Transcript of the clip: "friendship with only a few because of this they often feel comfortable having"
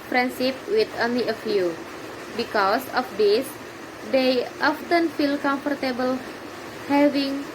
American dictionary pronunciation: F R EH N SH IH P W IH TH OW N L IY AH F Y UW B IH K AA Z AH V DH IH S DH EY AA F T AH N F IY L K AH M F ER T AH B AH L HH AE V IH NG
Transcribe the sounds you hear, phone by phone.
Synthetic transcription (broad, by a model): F R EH N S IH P W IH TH OW N L IY AH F Y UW B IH K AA S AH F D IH S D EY AA F T AH N F IY L K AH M F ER T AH B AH L HH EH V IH NG